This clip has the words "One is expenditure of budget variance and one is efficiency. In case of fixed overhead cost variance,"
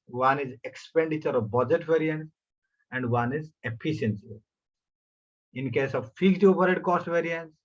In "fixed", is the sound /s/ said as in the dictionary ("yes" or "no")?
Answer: no